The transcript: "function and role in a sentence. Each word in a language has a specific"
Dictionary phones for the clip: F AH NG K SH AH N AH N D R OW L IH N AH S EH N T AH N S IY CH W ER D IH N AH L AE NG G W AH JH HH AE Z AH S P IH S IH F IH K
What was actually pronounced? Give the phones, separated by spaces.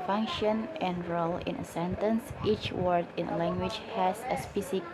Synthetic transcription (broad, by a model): F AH NG K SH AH N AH N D R OW L IH N AH S EH N T AH N S IY CH W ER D IH N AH L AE NG G W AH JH HH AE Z AH S P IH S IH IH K